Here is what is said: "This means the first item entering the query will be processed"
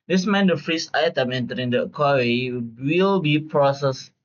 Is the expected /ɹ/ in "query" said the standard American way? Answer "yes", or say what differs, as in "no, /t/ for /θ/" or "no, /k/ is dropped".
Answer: no, /w/ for /ɹ/